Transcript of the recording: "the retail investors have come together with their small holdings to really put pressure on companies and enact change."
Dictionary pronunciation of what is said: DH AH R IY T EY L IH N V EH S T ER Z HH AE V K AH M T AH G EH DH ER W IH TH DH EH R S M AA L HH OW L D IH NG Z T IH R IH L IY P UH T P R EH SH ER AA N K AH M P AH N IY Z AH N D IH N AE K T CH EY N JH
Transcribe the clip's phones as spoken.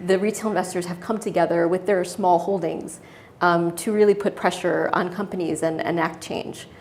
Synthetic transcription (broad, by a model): DH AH R IY T EY L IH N V EH S T ER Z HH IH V K AH M T AH G EH DH ER W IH DH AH R S M AA L HH OW L D IH NG Z T IH R IH L IY P UH T P R EH SH ER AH N K AH M P AH N IY Z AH N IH N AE K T CH EY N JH